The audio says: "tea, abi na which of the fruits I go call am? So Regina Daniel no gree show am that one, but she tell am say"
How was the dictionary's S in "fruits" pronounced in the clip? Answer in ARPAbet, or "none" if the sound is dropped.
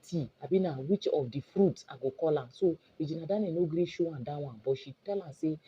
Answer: none